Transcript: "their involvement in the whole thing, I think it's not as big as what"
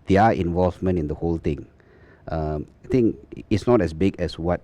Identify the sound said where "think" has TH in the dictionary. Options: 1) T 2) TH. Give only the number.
1